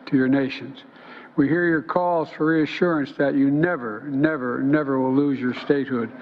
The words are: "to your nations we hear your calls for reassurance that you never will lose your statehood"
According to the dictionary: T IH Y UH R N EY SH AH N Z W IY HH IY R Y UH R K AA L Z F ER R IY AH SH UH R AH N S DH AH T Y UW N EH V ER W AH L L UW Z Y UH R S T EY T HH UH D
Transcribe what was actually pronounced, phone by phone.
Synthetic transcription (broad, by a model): T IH Y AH R N EY SH AH N Z W IY HH IY R Y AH R K AA L Z F ER R IY AH SH UH R AH N S DH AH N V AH N EH V ER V AH W L UW Z Y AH R S T EY T HH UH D